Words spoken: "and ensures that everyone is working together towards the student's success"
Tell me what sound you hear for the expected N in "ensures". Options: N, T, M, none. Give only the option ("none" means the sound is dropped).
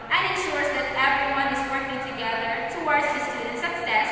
N